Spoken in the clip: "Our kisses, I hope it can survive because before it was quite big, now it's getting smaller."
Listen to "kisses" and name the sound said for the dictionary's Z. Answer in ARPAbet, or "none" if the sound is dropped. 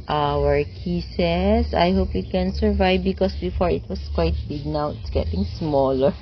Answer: S